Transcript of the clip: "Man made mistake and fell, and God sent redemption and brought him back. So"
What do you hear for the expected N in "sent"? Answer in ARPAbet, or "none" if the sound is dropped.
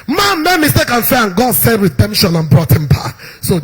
none